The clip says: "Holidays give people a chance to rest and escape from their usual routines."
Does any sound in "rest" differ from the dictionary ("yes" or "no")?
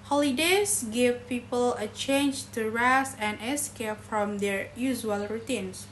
yes